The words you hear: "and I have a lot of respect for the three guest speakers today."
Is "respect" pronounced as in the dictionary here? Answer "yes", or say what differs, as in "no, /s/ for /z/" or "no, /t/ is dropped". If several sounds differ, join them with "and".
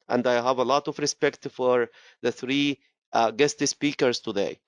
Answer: yes